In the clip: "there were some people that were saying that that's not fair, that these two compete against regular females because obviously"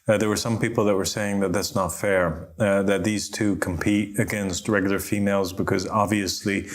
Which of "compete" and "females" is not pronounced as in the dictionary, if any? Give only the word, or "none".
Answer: none